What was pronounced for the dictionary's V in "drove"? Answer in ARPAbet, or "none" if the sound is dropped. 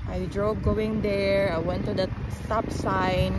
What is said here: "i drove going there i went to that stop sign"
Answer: B